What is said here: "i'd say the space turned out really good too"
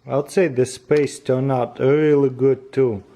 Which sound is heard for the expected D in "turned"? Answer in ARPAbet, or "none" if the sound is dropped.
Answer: none